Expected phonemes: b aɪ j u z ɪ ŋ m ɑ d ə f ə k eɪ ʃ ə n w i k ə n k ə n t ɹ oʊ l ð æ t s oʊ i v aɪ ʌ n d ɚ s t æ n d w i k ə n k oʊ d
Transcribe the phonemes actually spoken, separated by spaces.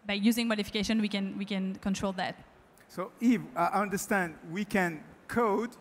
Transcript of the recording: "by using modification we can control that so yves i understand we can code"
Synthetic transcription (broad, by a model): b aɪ j u z ɪ ŋ m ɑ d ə f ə k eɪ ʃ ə n w i k ə n k ə n t ɹ oʊ l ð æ t s oʊ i f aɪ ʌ n d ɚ s t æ n d w i k ə n k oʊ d